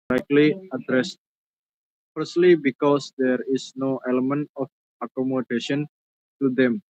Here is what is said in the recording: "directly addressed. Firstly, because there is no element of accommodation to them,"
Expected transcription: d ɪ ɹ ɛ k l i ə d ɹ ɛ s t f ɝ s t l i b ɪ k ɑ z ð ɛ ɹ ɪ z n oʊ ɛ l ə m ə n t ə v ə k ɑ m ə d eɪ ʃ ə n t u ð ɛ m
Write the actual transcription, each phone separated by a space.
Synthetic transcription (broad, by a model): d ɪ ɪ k l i ə d ɹ ɛ s t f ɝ s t l i b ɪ k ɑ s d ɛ ɹ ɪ s n oʊ ɛ l ə m ə n t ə f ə k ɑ m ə d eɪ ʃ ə n t u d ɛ m